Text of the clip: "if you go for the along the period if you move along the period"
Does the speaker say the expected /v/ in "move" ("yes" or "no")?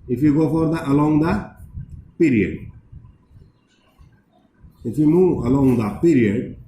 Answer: no